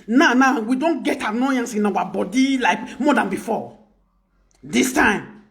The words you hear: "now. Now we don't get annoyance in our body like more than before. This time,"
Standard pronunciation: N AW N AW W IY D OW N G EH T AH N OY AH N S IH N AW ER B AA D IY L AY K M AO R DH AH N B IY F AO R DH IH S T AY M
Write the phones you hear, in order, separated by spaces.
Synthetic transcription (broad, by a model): N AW N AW W IY D OW N G EH T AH N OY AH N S IH N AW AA B AA D IY L AY K M AO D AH N B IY F AO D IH S T AY M